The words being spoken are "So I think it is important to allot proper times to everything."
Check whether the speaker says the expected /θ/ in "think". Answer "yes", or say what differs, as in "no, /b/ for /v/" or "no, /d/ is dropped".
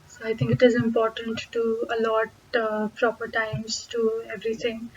no, /t/ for /θ/